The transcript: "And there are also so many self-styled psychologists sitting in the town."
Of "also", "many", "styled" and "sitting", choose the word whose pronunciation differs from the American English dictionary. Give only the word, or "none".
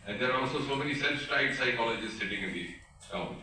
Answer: styled